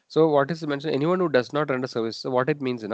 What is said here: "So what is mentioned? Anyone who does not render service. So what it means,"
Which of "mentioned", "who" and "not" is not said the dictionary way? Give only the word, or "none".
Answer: mentioned